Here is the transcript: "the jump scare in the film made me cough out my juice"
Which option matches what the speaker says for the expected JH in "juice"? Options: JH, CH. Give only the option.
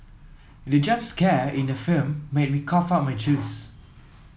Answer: CH